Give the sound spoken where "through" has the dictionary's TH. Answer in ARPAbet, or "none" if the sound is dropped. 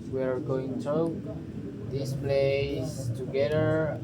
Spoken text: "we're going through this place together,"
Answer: T